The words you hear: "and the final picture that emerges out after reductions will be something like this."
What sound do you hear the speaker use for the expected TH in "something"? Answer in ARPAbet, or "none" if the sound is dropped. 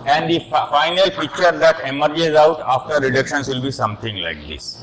T